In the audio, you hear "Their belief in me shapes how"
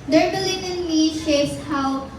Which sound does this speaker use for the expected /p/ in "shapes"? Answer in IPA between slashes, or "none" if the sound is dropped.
none